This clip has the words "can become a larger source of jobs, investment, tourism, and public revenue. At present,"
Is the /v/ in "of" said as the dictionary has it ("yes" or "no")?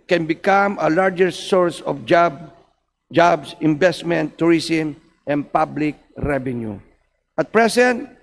no